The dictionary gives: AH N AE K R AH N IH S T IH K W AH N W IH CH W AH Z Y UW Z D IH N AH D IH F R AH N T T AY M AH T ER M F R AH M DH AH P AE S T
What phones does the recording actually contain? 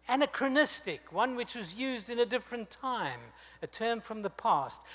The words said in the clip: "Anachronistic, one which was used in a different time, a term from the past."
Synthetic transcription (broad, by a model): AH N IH K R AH N IH S T IH K W AH N W IH CH W AH Z Y UW Z D IH N AH D IH F R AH N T T AY M AH T ER M F R AH M DH AH P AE S T